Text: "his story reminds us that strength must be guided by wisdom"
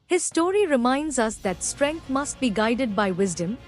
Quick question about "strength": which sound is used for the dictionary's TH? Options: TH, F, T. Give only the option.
T